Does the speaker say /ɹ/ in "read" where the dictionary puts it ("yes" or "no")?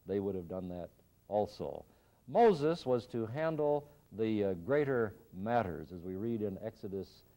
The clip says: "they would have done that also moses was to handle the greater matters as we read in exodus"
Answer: yes